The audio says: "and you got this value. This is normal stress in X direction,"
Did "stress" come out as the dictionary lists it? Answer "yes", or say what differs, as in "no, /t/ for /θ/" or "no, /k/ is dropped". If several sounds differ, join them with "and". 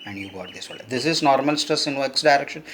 no, /ɹ/ is dropped